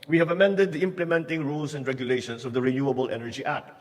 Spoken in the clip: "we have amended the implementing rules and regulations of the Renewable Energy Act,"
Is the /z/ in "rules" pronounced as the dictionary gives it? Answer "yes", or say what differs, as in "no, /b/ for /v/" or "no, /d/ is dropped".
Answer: no, /s/ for /z/